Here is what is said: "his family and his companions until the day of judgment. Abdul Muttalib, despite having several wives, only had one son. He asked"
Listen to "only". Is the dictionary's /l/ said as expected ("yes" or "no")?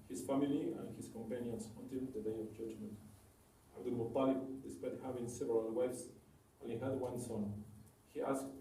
no